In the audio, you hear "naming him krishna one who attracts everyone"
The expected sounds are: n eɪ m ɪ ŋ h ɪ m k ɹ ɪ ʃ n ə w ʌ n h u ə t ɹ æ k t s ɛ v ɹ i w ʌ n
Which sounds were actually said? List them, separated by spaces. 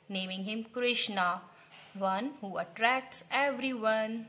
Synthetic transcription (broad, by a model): n eɪ m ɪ ŋ h ɪ m k ɹ ɪ ʃ n ə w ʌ n h u ə t ɹ æ k t s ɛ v ɹ i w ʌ n